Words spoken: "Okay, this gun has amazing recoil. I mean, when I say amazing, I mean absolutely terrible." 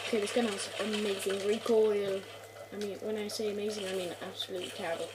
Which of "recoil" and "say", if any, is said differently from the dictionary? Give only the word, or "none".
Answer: none